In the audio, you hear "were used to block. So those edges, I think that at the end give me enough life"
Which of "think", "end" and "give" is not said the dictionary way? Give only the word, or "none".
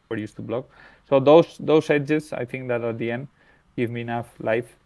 think